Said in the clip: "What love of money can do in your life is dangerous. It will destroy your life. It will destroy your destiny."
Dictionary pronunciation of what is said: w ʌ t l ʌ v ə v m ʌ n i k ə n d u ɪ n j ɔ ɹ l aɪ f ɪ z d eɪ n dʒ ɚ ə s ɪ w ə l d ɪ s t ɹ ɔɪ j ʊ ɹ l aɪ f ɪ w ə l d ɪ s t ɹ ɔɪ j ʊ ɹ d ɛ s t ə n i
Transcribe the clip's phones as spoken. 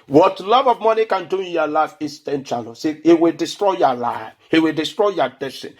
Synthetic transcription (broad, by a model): w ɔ t l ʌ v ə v m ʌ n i k ə n d u ɪ n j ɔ l aɪ f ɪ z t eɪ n tʃ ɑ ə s ɪ w ə l d ɪ s t ɹ ɔɪ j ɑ l aɪ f ɪ w ə l d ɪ s t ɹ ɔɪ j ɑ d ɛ s t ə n